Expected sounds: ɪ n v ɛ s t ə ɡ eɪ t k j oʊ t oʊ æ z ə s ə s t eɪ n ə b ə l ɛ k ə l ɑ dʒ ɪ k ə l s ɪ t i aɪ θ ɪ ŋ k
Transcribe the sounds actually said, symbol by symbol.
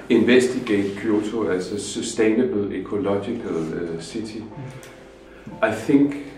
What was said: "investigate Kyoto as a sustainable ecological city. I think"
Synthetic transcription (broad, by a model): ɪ n v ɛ s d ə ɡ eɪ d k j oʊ s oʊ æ s ə s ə s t eɪ n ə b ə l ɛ k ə l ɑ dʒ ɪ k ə l s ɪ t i aɪ θ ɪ ŋ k